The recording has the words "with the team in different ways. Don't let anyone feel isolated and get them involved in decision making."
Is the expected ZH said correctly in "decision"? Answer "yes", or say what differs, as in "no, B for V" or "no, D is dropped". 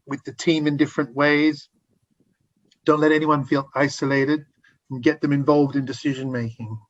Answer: yes